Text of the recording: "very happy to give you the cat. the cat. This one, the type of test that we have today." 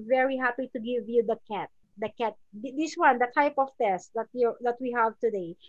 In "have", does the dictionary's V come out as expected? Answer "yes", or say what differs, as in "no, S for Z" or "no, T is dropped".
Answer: yes